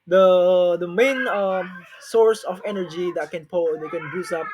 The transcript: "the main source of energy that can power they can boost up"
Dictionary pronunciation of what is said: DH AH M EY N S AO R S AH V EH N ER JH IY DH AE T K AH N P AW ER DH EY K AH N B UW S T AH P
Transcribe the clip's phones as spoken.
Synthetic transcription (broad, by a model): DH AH M EY N S AO R S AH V EH N ER JH IY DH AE T K AH N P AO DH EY K AH N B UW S AH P